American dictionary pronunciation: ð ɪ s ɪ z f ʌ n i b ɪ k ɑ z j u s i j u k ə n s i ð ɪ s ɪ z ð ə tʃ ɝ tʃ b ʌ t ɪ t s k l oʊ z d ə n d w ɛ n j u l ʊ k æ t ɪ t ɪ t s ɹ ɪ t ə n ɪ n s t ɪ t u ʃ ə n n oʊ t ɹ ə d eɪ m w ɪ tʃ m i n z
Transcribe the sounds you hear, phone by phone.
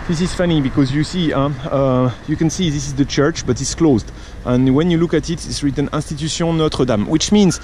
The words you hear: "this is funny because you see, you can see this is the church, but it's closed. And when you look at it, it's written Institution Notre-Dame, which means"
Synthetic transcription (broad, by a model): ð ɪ s ɪ z f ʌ n i b ɪ k ɑ z j u s i j u k ə n s i ð ɪ s ɪ z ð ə tʃ ɝ tʃ b ʌ t ɪ t s k l oʊ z d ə n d w ɛ n j u l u k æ t ɪ t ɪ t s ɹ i t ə n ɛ s t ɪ t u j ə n n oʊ t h ə d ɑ m w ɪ tʃ m i n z